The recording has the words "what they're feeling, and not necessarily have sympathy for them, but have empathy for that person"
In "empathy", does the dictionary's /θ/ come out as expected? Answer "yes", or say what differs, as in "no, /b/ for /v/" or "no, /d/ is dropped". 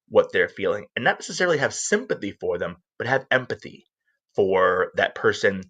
yes